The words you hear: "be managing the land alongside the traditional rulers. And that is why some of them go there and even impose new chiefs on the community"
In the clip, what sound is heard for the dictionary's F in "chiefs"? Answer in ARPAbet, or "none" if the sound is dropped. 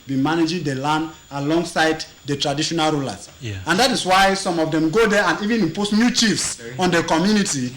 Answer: F